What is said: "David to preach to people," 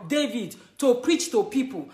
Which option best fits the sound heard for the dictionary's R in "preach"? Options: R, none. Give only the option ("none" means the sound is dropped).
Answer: R